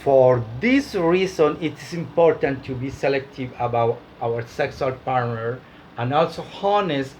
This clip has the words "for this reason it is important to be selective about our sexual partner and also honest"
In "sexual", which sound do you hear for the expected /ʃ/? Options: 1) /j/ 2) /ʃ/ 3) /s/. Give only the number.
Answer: 3